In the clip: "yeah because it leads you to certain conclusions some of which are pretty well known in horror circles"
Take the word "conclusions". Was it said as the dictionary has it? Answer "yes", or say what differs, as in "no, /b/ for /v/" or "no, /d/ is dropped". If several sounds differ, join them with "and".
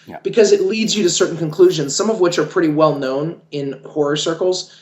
yes